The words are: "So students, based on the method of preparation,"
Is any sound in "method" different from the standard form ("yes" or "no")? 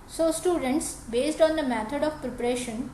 yes